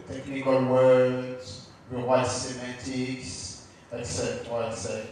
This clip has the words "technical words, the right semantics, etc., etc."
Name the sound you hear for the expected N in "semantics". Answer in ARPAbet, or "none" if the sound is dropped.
none